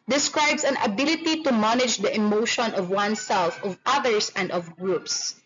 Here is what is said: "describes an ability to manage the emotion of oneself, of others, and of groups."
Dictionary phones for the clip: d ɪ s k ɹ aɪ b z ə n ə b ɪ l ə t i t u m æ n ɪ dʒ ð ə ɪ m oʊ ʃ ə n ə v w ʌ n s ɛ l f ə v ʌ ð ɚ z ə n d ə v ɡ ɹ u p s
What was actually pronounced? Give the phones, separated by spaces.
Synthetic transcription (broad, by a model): d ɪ s k ɹ aɪ b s ə n ə b ɪ l ə t i t u m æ n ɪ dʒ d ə ɪ m oʊ ʃ ə n ə v w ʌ n s ɛ l f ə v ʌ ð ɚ s ə n d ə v ɡ ɹ u p s